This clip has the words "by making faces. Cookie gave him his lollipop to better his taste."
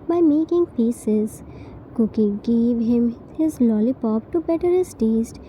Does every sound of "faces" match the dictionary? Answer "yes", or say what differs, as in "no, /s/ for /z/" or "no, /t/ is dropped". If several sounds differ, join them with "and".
no, /p/ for /f/